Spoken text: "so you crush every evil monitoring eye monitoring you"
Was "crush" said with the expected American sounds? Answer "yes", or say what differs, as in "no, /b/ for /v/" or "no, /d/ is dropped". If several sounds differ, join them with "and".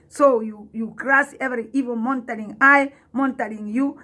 no, /s/ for /ʃ/